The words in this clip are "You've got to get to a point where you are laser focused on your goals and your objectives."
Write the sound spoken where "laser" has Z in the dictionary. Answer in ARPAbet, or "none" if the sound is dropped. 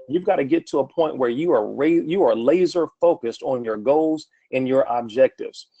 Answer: Z